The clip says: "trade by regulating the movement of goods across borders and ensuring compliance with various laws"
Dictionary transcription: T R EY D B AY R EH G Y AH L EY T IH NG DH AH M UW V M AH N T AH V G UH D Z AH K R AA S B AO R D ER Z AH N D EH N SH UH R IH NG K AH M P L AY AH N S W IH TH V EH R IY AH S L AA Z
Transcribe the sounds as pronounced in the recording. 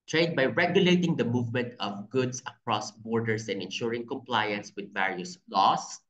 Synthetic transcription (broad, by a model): T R EY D B AY R EH G Y AH L EY T IH NG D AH M UW V M AH N T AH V G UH D S AH K R AA S B AO R D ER S AH N D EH N SH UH R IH NG K AH M P L AY AH N S W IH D V EH R IY AH S L AA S